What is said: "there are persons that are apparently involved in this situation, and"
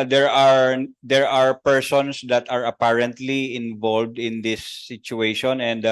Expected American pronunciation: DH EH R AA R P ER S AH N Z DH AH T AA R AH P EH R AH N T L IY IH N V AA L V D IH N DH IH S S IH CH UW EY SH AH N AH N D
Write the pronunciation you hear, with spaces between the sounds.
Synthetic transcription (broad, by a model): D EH R AA R P ER S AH N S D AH T AA R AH P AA R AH N T L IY IH N V AA L V D IH N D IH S S IH CH UW EY SH AH N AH N D